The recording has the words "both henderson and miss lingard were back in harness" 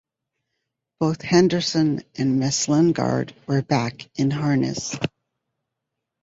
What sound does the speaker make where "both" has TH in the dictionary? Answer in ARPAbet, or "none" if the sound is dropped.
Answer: TH